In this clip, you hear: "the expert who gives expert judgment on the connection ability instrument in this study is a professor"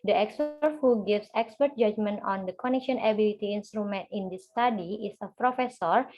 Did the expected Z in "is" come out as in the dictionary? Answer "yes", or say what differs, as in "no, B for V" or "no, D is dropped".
no, S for Z